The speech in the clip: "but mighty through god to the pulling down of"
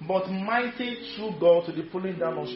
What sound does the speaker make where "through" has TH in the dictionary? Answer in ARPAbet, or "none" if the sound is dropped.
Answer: T